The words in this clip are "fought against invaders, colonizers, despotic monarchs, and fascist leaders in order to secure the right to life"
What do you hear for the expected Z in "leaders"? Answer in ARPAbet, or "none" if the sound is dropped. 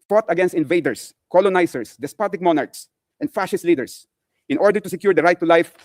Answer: S